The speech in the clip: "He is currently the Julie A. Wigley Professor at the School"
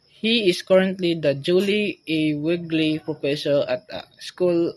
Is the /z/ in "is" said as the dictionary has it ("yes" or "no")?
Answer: no